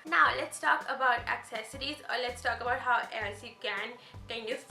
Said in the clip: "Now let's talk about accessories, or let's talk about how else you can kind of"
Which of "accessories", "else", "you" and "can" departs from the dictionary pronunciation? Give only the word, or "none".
none